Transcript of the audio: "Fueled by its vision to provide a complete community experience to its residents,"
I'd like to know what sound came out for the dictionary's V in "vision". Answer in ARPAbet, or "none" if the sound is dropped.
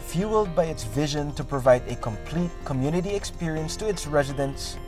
V